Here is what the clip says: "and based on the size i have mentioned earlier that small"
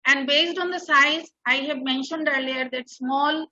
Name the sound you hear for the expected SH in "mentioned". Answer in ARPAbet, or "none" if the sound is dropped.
SH